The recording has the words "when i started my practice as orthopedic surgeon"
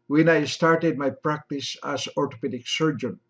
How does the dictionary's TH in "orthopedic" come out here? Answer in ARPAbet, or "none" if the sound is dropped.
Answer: T